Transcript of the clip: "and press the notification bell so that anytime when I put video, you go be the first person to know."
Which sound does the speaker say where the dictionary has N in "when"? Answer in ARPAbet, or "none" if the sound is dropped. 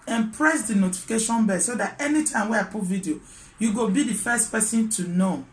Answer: none